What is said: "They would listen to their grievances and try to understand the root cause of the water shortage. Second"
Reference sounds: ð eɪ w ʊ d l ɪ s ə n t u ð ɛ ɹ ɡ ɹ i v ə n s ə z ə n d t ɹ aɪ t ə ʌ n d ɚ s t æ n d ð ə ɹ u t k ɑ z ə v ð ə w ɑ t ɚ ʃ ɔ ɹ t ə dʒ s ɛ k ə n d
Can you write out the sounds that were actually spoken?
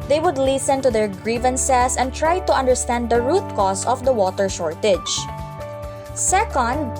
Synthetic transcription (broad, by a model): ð eɪ w ʊ d l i s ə n t u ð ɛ ɹ ɡ ɹ i v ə n s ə s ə n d t ɹ aɪ t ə ʌ n d ɚ s t æ n d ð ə ɹ u t k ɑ s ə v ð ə w ɑ t ɚ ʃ ɔ ɹ t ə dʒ s ɛ k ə n d